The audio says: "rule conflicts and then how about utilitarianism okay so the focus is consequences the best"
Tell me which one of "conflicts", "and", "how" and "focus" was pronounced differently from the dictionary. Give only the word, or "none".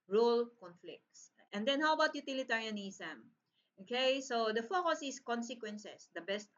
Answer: none